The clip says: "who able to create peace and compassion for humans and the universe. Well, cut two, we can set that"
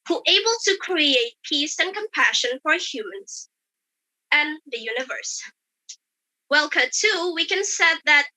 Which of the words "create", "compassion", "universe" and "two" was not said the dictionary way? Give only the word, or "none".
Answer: none